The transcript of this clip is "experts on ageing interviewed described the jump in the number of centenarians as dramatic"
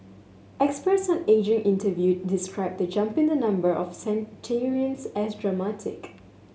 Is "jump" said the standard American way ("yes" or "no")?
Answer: yes